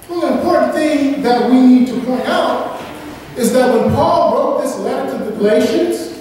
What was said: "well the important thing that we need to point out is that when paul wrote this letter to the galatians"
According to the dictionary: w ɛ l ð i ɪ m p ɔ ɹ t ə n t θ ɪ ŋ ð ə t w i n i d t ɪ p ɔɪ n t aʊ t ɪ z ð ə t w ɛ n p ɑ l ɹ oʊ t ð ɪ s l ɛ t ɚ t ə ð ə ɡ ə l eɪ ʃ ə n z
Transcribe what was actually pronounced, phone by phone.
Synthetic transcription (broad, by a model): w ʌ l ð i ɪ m p ɔ ɹ t n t θ ɪ ŋ ð ə t w i n i d t ɪ p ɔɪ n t aʊ t ɪ z ð ə t w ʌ n p ɑ l ɹ oʊ t ð ɪ s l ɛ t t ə ð ə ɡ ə l eɪ ʃ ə n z